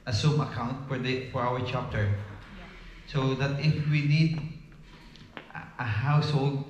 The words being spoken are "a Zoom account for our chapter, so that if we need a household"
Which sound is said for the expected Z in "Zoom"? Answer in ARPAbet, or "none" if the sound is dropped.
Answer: S